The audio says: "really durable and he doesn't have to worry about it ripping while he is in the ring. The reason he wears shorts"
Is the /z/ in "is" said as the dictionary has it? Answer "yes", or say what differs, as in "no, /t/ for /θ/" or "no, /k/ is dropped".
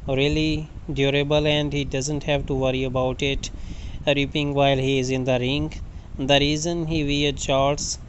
yes